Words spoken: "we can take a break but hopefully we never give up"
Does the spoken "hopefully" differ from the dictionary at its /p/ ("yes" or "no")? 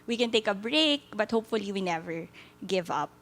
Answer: no